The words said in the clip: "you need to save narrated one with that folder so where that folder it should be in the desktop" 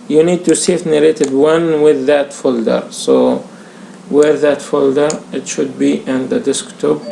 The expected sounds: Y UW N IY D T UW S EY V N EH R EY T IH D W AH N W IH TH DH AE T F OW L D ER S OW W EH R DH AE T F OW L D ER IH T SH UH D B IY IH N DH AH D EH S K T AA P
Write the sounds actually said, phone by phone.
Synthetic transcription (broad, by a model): Y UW N IY D T UW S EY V N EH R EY T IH D W AH N W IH DH AE T F OW L D ER S OW W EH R DH AE T F OW L D ER IH T SH UH D B IY IH N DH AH D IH S K T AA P